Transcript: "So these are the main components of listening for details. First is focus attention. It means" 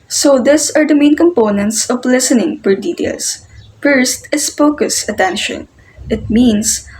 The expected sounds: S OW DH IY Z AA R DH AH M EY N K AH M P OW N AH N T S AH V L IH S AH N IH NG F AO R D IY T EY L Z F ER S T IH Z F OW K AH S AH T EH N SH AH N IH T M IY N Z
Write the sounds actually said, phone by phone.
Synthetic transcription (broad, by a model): S OW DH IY S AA R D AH M EY N K AH M P OW N AH N T S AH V L IH S AH N IH NG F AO R D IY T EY L S F ER S T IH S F OW K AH S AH T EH N SH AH N IH T M IY N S